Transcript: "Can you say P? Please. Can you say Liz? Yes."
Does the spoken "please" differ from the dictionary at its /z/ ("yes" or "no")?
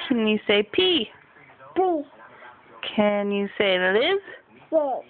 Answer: yes